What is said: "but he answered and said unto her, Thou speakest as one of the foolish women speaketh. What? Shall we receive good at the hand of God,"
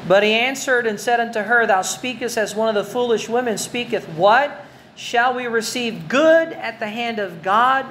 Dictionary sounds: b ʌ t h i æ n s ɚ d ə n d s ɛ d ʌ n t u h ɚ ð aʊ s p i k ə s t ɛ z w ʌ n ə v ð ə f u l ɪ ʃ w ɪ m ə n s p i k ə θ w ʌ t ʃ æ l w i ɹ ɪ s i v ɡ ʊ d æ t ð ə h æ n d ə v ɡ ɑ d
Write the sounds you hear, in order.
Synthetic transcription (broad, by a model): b ʌ t h i æ n s ɚ d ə n s ɛ d ʌ n t u ɚ ð aʊ s p i k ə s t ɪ z w ʌ n ə v ð ə f u l ɪ ʃ w ɪ m ə n s p i k ə θ w ʌ t ʃ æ l w i ɹ ɪ s i v ɡ ʊ d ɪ t ð ə h æ n d ə v ɡ ɑ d